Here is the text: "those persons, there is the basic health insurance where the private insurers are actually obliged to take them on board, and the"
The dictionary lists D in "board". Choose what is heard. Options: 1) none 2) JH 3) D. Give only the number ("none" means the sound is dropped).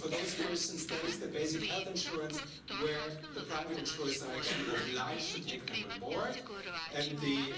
1